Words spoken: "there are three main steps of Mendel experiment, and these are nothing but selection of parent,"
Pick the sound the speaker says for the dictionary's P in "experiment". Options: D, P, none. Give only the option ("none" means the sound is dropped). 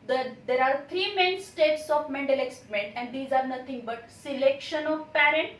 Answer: none